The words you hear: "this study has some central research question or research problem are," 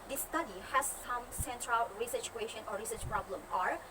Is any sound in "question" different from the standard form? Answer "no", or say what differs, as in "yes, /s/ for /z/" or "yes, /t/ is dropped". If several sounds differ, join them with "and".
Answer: no